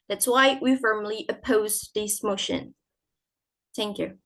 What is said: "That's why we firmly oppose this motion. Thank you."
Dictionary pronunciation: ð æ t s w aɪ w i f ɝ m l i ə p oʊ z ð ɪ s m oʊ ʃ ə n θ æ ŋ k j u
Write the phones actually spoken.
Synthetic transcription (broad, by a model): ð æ t s w aɪ w i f ɝ m l i ə p oʊ z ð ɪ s m oʊ ʃ ə n θ æ ŋ k j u